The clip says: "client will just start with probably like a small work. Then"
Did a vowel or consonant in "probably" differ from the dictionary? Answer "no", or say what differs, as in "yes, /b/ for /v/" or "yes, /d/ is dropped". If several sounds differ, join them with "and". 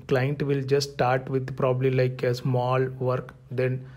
no